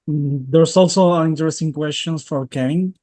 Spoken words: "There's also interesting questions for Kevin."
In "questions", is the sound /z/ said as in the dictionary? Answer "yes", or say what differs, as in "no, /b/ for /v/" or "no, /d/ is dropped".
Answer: no, /s/ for /z/